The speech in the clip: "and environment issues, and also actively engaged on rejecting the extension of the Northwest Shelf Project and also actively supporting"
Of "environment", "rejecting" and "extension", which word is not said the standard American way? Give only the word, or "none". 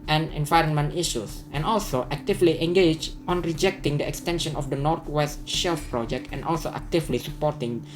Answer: none